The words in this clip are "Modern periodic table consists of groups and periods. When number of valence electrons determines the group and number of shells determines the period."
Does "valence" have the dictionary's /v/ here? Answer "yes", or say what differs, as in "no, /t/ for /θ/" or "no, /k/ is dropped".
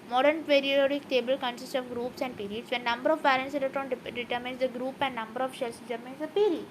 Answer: no, /p/ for /v/